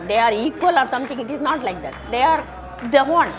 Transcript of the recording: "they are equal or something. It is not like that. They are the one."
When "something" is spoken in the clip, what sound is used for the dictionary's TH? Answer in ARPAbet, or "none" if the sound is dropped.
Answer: T